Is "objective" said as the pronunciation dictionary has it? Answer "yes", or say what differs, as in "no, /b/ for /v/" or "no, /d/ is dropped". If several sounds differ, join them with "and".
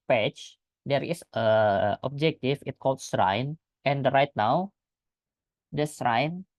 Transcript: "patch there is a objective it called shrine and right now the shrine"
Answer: no, /f/ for /v/